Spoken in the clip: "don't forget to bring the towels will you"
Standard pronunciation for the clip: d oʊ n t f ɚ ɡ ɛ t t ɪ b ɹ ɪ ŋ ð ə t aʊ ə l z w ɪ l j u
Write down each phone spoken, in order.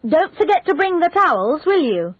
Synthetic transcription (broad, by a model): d oʊ n t f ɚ ɡ ɛ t t ɪ b ɹ ɪ ŋ ð ə t aʊ ə l z w ɪ l j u